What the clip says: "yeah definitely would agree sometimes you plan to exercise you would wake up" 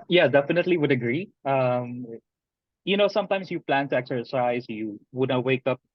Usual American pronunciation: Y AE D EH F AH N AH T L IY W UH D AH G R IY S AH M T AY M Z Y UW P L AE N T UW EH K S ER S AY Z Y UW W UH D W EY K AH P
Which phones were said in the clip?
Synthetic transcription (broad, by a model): Y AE D EH F AH N AH T L IY W UH D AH G R IY S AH M T AY M S Y UW P L AE N T UW EH K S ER S AY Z Y UW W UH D W EY K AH P